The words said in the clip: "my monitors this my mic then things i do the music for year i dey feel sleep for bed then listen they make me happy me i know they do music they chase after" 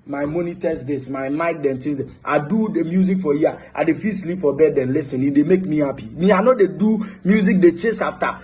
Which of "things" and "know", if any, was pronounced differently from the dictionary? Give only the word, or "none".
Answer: things